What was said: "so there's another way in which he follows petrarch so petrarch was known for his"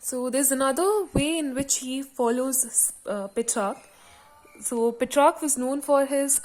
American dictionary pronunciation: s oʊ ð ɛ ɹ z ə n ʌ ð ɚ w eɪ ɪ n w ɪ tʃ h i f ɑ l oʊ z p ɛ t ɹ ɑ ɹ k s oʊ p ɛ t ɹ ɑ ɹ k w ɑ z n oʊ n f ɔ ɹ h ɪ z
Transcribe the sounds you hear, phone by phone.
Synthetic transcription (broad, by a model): s oʊ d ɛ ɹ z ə n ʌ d ɚ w eɪ ɪ n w ɪ tʃ h i f ɑ l oʊ z p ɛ t ɹ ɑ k s oʊ p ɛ t ɹ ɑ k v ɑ z n oʊ n f ɔ ɹ h ɪ z